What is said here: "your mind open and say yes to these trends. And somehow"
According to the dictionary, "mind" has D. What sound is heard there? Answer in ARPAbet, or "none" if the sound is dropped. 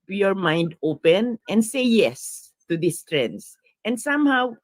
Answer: D